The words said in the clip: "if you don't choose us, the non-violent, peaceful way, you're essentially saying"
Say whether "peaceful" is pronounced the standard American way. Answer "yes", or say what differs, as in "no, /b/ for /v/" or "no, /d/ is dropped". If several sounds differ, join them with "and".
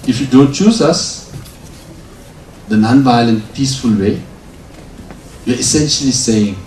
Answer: yes